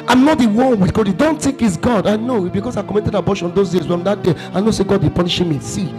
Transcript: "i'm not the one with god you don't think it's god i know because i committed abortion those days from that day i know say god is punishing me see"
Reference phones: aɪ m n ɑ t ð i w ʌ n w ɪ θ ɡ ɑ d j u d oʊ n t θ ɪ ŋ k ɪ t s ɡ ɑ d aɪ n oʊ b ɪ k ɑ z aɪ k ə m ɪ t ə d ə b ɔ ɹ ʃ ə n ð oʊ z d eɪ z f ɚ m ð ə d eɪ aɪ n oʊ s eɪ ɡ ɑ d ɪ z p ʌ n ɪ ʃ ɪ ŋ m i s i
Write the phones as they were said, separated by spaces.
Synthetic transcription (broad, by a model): aɪ m n ɑ t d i w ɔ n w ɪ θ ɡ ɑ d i d oʊ n t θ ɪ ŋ k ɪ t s ɡ ɑ d aɪ n oʊ b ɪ k ɑ s aɪ k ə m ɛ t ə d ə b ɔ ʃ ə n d oʊ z d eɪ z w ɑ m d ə d eɪ aɪ n oʊ s eɪ ɡ ɑ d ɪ p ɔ n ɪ ʃ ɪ m i s i